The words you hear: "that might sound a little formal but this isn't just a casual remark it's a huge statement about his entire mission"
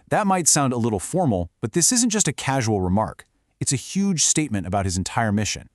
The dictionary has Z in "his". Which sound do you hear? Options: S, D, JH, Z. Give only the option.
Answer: Z